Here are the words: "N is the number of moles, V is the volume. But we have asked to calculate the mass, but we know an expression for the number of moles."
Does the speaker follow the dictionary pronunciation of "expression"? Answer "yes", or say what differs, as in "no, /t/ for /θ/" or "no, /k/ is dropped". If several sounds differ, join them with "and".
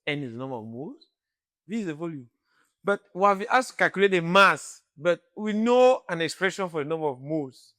yes